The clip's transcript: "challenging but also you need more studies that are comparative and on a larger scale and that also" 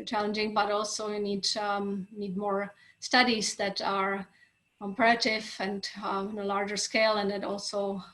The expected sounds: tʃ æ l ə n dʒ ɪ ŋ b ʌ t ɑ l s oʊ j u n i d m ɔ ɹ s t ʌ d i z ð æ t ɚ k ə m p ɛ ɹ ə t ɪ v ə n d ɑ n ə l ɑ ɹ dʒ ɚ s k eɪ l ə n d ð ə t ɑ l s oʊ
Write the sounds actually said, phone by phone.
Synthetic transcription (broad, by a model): tʃ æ l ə n dʒ ɪ ŋ b ʌ t ɑ l s oʊ j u n i d m ɔ ɹ s t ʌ d i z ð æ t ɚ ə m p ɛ ə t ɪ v ə n d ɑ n ə l ɑ ɹ dʒ ɚ s k eɪ l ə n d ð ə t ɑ l s oʊ